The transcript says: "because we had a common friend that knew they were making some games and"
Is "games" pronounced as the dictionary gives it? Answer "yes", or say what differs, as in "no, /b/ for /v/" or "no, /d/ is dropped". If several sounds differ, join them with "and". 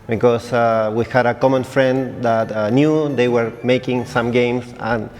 no, /s/ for /z/